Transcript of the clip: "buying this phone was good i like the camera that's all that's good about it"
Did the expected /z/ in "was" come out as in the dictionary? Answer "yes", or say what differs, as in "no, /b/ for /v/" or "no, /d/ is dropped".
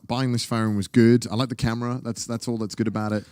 yes